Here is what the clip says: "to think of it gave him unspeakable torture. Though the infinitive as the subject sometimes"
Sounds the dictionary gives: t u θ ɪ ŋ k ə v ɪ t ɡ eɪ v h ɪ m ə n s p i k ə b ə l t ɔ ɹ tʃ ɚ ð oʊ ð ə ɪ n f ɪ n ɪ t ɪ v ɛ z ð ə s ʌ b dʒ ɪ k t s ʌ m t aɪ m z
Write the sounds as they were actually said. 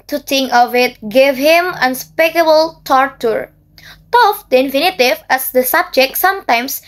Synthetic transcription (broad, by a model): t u t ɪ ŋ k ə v ɪ t ɡ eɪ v h ɪ m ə n s p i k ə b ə l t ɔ ɹ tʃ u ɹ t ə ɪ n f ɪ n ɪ t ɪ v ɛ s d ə s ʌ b dʒ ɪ k t s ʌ m t aɪ m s